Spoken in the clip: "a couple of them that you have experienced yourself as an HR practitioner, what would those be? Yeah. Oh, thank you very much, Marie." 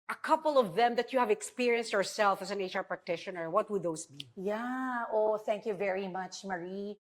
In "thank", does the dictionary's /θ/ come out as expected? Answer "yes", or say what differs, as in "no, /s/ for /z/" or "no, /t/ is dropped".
yes